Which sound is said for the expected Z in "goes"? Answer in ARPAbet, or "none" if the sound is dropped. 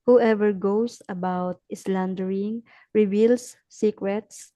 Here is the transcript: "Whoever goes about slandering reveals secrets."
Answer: S